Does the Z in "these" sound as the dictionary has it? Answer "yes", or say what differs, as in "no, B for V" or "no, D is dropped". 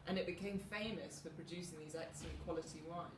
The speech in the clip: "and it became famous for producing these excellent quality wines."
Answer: yes